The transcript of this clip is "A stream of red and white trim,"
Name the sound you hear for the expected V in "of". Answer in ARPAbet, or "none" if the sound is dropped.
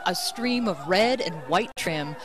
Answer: V